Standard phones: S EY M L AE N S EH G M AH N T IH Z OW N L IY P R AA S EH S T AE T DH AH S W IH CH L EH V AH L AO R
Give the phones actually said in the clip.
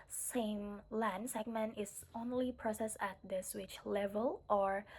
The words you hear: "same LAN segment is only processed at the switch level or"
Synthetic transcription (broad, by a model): S EY M L AE N S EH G M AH N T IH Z OW N L IY P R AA S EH S AE T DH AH S W IH CH L EH V AH L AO R